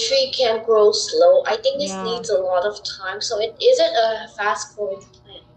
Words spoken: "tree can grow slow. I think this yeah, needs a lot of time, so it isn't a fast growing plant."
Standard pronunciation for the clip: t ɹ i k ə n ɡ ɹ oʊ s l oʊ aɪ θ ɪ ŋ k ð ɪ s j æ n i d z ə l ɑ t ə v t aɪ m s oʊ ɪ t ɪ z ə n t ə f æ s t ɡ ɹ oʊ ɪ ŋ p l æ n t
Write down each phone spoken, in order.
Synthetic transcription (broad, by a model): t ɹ i k ə n ɡ ɹ oʊ s l oʊ aɪ θ ɪ ŋ k ð ɪ s n i d z ə l ɑ t ə v t aɪ m s oʊ ɪ t ɪ z ə n t ə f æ s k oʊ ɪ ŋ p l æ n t